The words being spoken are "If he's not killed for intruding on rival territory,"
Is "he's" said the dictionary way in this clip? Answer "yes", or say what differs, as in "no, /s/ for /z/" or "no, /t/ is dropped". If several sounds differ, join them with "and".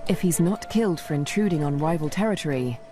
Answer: yes